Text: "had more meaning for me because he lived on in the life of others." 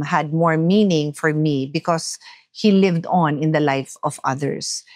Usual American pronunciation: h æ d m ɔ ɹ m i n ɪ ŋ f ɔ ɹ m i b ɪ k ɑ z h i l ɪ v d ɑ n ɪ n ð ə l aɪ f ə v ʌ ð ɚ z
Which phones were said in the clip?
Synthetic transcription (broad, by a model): h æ d m ɔ ɹ m i n ɪ ŋ f ɔ ɹ m i b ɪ k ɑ s h i l ɪ v d ɑ n ɪ n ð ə l aɪ f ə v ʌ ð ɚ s